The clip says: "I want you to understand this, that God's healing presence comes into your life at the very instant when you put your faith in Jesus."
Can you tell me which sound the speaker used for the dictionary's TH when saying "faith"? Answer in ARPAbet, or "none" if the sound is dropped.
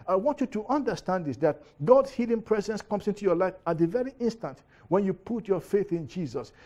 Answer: TH